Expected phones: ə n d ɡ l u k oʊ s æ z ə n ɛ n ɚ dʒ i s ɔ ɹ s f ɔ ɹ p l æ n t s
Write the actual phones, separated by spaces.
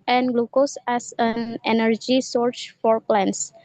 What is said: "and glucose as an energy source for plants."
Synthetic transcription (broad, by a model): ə n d ɡ l u k oʊ s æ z ə n ɛ n ɚ dʒ i s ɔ ɹ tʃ f ɔ ɹ p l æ n s